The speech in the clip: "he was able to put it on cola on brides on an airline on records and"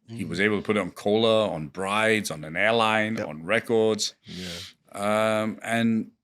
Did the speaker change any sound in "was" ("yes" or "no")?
no